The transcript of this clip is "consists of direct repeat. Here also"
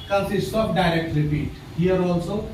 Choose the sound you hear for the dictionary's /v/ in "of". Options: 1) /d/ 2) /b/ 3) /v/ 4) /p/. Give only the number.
4